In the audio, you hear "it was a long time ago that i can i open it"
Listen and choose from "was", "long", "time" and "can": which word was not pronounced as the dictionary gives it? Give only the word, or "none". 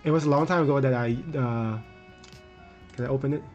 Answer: was